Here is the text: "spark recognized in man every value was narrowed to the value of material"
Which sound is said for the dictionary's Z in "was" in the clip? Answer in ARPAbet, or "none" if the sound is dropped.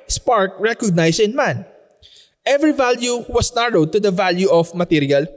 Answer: S